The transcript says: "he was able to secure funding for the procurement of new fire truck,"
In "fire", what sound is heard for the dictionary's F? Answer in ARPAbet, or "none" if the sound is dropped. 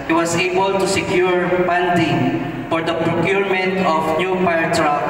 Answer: P